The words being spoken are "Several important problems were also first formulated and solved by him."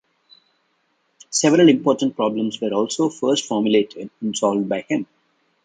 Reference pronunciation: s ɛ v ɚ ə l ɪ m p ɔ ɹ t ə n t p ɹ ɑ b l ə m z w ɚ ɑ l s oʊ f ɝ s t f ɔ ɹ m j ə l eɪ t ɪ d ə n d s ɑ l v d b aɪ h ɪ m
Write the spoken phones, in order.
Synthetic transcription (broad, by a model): s ɛ v ɚ ə l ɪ m p ɔ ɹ t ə n t p ɹ ɑ b l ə m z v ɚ ɑ l s oʊ f ɝ s t f ɔ ɹ m j ə l eɪ t ɪ d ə n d s ɑ l v d b aɪ h ɪ m